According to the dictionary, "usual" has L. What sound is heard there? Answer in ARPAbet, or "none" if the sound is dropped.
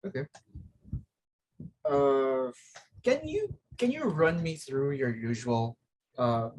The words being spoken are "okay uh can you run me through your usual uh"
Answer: L